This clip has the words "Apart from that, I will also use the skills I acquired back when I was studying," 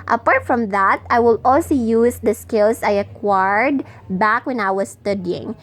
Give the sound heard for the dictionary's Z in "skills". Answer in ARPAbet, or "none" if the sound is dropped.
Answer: S